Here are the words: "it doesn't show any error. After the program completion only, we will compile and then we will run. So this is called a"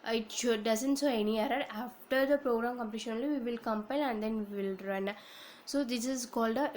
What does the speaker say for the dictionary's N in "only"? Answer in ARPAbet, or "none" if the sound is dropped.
none